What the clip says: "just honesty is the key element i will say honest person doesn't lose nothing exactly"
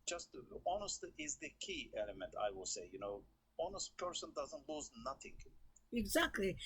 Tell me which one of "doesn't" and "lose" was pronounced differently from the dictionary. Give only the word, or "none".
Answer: none